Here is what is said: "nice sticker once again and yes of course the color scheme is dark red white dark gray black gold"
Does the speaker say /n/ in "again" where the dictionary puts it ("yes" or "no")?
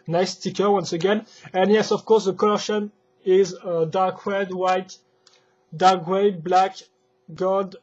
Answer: yes